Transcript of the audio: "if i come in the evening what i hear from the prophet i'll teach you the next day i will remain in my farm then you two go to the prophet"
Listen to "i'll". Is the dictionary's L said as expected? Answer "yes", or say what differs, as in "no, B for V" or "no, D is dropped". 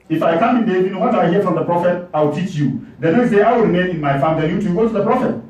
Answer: no, W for L